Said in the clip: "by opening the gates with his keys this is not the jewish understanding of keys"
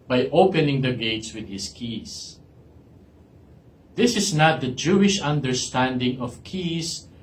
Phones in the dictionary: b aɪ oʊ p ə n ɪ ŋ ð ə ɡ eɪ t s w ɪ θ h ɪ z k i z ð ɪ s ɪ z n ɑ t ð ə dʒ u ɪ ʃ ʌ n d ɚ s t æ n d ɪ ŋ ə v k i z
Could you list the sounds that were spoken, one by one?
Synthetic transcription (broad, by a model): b aɪ oʊ p ə n ɪ ŋ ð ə ɡ eɪ t s w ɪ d h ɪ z k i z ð ɪ s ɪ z n ɑ t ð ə dʒ u ɪ ʃ ʌ n d ɚ s t æ n d ɪ ŋ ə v k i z